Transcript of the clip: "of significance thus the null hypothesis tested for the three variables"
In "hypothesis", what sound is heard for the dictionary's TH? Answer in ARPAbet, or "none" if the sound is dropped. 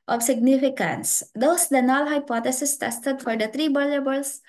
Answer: T